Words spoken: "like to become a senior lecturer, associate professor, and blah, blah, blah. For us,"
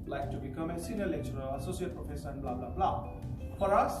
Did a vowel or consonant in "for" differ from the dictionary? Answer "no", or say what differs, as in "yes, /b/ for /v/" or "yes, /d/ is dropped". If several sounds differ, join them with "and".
no